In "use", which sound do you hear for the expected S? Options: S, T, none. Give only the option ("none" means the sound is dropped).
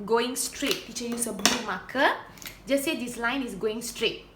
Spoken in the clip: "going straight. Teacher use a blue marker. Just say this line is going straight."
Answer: S